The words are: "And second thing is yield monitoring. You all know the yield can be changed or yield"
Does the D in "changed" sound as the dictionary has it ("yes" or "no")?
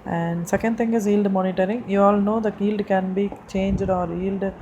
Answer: yes